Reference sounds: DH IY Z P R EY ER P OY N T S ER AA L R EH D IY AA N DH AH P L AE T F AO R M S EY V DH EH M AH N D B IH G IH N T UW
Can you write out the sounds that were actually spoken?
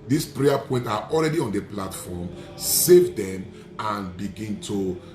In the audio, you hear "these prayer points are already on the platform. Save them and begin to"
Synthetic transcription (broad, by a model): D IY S P R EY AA P OY N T AA AA L R EH D IY AA N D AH P L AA T F AO M S EY V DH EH M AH N B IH G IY N T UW